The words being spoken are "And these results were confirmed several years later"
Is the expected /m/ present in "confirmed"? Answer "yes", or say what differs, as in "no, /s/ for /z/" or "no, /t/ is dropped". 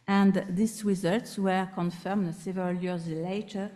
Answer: yes